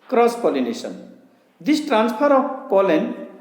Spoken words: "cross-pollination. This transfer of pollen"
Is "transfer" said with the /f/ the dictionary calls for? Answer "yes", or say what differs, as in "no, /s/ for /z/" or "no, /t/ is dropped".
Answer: no, /p/ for /f/